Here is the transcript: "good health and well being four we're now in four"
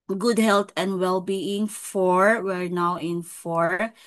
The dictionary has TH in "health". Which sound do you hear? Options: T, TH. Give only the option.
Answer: T